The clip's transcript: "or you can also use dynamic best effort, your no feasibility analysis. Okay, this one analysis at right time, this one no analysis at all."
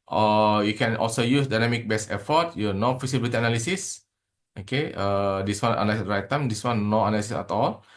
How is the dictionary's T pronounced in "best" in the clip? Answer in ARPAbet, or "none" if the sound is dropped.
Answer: none